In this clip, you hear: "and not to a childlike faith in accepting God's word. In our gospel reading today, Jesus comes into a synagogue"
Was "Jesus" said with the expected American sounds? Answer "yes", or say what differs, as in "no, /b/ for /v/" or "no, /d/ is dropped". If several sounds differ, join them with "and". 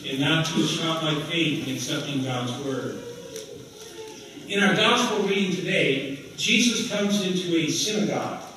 yes